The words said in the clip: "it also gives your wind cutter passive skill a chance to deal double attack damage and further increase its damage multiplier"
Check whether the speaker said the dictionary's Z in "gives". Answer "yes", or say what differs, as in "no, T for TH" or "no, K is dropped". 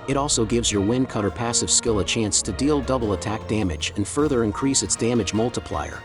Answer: yes